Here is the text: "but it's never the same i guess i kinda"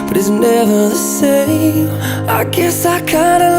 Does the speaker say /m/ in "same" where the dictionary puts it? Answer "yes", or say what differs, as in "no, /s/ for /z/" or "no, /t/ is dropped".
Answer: no, /m/ is dropped